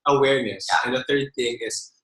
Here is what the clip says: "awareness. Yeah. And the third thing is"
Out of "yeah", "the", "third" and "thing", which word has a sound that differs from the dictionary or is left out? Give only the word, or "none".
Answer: none